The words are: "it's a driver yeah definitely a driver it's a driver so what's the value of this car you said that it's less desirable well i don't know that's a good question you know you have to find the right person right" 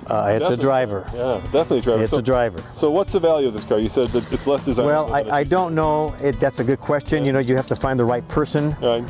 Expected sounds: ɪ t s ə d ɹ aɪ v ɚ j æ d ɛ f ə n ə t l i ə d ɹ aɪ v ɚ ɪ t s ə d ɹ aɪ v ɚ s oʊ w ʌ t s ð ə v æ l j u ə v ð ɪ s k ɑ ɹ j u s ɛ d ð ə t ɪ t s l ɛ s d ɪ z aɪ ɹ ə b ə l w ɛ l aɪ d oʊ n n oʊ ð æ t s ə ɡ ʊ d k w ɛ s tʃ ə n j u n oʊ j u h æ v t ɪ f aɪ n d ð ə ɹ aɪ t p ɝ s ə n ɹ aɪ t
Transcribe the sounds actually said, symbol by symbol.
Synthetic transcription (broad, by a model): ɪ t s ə d ɹ aɪ v ɚ j æ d ɛ f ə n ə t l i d ɹ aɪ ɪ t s ə d ɹ aɪ v ɚ s oʊ w ʌ t s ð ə v æ l j u ə v ð ɪ s k ɑ ɹ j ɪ s ɛ d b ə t ɪ t s l ɛ s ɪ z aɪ w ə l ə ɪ aɪ d oʊ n n oʊ ð æ t s ə ɡ ʊ d k w ɛ s tʃ ə n j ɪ n oʊ j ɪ h æ f t ɪ f aɪ n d ð ə ɹ aɪ t p ɝ s ə n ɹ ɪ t